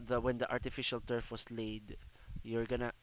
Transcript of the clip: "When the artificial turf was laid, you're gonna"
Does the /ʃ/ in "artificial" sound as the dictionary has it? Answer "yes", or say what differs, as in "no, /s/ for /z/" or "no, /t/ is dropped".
yes